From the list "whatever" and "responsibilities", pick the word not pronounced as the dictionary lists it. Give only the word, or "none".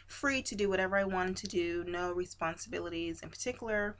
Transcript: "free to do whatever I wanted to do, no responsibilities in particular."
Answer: none